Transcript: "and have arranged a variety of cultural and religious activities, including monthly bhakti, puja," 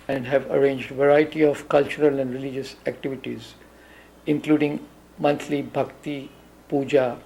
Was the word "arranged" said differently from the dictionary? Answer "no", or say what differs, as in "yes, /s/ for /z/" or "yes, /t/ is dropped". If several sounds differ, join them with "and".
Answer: no